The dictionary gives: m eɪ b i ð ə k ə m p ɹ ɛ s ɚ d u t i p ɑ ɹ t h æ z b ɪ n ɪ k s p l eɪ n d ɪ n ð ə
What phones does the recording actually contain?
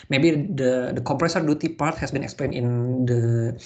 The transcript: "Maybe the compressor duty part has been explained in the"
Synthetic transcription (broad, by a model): m eɪ b i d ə k ə m p ɹ ɛ s ɚ d u t i p ɑ ɹ t h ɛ s b ɪ n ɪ k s p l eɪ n ɪ n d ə